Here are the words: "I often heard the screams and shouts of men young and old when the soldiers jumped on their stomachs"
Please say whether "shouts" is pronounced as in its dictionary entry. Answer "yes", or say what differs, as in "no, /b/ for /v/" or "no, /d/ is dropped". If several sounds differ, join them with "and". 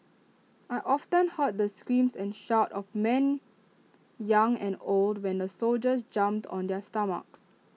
no, /s/ is dropped